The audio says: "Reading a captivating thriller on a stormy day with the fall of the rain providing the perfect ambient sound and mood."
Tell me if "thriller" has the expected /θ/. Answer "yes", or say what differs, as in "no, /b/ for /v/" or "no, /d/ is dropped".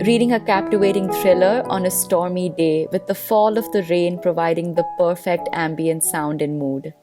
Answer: no, /t/ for /θ/